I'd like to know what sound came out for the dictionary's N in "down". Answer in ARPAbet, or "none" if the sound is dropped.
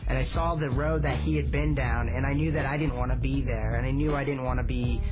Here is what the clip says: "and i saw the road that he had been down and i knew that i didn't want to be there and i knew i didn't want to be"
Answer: N